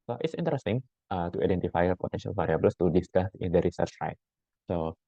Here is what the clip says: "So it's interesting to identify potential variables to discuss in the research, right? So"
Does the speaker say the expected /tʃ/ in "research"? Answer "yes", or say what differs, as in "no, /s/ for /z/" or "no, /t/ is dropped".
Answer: yes